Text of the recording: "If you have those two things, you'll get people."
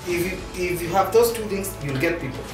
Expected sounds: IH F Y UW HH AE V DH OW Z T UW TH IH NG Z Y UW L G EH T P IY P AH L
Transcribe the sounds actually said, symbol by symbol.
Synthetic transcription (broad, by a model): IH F Y UW HH AE V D OW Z T UW T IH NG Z Y UW L G EH T P IY P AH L